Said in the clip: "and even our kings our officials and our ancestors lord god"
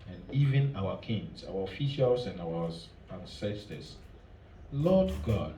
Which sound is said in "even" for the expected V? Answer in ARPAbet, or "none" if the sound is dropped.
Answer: V